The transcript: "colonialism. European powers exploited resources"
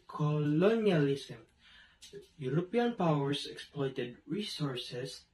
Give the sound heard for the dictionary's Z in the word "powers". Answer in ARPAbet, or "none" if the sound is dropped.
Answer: S